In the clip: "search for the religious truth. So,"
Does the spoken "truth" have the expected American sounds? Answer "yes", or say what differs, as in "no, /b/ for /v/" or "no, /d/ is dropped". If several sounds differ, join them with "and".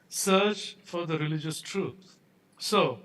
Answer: no, /t/ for /θ/